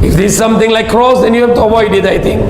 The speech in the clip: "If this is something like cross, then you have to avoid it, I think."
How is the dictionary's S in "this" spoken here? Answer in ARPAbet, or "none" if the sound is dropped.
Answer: none